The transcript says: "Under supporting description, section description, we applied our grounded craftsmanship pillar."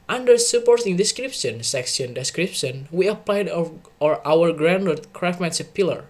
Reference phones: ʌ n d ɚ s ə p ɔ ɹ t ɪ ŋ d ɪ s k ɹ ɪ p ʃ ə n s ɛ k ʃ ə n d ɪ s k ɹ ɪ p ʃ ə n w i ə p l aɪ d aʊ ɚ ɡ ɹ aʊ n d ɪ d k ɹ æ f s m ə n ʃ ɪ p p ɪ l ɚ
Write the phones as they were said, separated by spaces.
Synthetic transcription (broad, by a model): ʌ n d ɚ s ə p ɔ ɹ t ɪ ŋ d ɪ s k ɹ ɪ p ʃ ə n s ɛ k s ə n d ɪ s k ɹ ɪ p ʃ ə n w i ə p l aɪ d aʊ ɚ ɡ ɹ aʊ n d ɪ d k ɹ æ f m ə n s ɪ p p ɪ l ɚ